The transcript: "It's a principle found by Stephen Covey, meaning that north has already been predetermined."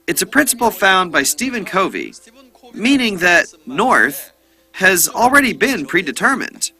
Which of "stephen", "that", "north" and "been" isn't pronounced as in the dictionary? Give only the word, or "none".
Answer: none